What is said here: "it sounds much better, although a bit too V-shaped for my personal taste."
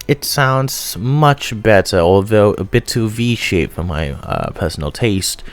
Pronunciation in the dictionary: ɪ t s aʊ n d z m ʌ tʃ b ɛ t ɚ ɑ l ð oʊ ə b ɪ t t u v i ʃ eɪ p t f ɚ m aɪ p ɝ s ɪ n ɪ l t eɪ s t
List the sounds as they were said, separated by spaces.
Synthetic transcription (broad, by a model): ɪ t s aʊ n d z m ʌ tʃ b ɛ t ɚ ɑ l ð oʊ ə b ɪ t t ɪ v i ʃ eɪ t f ɚ m aɪ p ɝ s n l t eɪ s t